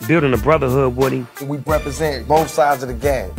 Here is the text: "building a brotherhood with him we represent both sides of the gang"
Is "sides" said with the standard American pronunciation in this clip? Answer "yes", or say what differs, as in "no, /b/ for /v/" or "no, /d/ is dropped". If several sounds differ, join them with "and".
yes